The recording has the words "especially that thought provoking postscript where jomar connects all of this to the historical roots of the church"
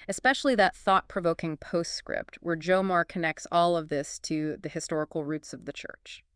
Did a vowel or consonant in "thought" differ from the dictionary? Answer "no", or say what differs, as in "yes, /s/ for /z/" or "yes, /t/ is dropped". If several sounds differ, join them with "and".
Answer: no